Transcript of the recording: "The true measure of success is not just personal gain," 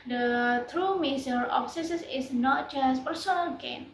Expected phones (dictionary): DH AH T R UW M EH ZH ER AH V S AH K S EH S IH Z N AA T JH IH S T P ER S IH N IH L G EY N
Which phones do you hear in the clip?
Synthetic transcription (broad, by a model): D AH T R UW M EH S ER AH F S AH S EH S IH S N AA T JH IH S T P ER S IH N IH L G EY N